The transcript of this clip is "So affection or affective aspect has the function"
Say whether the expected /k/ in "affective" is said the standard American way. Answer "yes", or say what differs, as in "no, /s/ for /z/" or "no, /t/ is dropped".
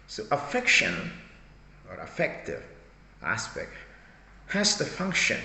yes